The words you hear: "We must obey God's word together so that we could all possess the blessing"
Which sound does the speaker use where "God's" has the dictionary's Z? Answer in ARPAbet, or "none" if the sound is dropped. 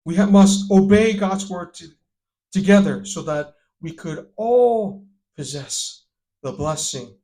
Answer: Z